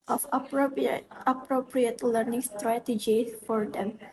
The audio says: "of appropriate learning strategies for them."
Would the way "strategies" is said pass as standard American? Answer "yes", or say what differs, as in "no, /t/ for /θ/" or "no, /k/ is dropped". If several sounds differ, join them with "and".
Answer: no, /z/ is dropped